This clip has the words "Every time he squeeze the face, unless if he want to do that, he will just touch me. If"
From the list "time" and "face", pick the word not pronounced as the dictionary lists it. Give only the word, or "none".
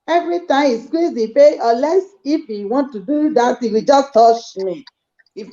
face